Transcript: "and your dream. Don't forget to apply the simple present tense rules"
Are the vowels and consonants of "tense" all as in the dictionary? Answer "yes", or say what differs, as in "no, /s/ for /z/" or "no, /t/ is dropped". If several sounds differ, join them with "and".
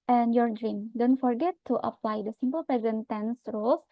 yes